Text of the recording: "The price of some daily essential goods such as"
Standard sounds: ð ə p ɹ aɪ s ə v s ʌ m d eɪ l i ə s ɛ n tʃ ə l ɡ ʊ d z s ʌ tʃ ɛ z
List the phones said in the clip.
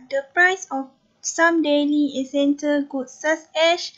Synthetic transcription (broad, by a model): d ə p ɹ aɪ s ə f s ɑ m d eɪ l i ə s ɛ n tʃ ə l ɡ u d s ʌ s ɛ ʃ